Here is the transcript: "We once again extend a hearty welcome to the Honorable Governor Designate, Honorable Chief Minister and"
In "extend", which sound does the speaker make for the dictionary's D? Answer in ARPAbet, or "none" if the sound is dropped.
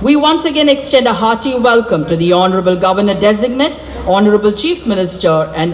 D